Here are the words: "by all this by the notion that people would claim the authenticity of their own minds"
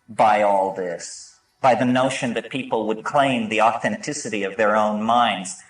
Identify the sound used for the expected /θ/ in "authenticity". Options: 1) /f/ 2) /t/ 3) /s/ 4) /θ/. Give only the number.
4